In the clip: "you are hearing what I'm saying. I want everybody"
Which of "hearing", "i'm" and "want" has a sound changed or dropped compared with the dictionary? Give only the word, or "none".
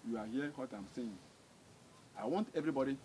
hearing